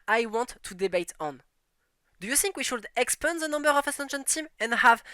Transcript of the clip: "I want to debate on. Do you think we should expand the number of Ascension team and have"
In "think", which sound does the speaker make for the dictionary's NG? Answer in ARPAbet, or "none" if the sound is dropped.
NG